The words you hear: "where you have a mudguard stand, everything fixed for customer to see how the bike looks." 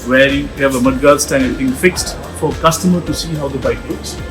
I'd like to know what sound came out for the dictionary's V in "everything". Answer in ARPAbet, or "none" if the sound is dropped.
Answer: none